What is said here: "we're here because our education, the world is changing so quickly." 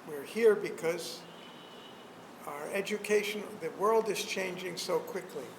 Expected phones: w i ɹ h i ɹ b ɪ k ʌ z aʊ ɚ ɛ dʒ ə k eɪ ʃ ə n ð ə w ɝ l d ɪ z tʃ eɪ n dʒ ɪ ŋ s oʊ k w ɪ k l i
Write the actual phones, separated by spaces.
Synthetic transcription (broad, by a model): w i ɹ h i ɹ b ɪ k ʌ z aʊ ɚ ɛ dʒ ə k eɪ ʃ ə n ð ə w ɝ l d ɪ z tʃ eɪ n dʒ ɪ ŋ s oʊ k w ɪ k l i